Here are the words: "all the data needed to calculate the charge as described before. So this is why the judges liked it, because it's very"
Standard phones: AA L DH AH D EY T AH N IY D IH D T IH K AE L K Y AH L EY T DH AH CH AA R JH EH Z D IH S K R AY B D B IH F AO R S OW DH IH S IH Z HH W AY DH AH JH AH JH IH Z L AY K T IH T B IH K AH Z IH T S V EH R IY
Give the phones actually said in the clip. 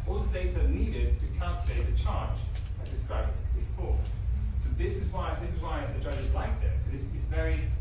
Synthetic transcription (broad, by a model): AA L DH AH D EY T AH N IY D IH D T IH K AE L K Y AH L EY T DH AH CH AA R JH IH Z D IH S K R AY B D B IH F AO R S OW DH IH S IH Z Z W AY DH AH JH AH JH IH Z L AY K T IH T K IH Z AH S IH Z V EH R IY